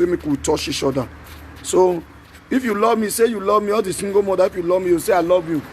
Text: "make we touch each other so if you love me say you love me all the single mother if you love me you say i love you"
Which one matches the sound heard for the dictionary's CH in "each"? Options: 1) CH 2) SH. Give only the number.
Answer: 2